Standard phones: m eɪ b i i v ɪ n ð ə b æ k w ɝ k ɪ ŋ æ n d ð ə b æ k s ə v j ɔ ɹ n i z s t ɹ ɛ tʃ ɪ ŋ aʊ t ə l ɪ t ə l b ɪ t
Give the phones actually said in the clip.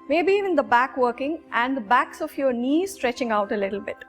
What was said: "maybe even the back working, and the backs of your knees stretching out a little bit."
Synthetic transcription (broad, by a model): m eɪ b i i v ɪ n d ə b æ k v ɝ k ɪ ŋ æ n d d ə b æ k s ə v j ɔ ɹ n i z s t ɹ ɛ tʃ ɪ ŋ aʊ t ə l ɪ t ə l b ɪ t